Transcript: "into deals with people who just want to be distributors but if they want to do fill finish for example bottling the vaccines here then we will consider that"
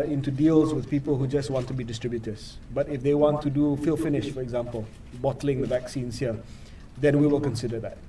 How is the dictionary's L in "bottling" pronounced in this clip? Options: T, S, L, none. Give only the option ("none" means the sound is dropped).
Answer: L